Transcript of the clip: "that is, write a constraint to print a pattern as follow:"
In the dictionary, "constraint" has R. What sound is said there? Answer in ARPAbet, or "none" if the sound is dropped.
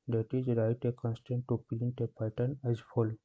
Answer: none